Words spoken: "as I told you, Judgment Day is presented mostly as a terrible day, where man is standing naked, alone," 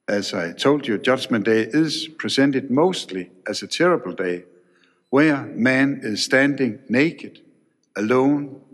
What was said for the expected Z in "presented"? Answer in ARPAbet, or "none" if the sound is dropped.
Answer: S